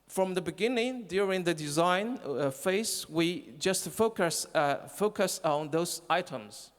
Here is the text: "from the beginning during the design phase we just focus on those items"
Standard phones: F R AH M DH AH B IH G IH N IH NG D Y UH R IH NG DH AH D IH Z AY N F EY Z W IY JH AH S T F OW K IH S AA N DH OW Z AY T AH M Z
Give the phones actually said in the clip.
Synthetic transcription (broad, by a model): F R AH M DH AH B IH G IH N IH NG D Y UH R IH NG DH AH D IH Z AY N F EY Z W IY JH AH S T F OW K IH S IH N DH OW Z AY T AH M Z